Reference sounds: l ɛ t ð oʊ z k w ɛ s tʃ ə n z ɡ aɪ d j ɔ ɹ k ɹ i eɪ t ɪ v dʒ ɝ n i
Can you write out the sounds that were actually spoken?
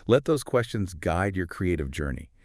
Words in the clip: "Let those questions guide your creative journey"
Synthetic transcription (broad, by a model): l ɛ t ð oʊ z k w ɛ s tʃ ə n z ɡ aɪ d j ɔ ɹ k ɹ i eɪ t ɪ v dʒ ɝ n i